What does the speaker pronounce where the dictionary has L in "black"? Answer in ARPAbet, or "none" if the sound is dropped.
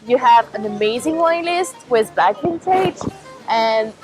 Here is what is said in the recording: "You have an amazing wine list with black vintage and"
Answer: none